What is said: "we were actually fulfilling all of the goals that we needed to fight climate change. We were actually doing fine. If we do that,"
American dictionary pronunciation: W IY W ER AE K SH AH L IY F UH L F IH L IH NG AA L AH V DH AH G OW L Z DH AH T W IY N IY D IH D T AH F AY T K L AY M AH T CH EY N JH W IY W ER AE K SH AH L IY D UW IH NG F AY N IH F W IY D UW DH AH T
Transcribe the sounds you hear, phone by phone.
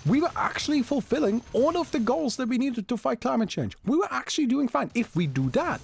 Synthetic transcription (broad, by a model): W IY W ER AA K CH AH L IY F UH L F IH L IH NG AA L AH V DH AH G OW L Z DH AH T W IY N IY D IH D T AH F AY T K L AY M AH T CH EY N JH W IY W ER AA K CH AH L IY D UW IH NG F AY N IH F W IY D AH DH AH T